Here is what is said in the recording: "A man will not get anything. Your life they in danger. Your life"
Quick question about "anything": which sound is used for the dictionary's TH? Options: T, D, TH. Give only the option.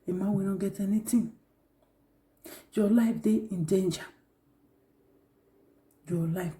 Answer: T